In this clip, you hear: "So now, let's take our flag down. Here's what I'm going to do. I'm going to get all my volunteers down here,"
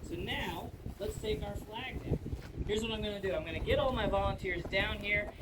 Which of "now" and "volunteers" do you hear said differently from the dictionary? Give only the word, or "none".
none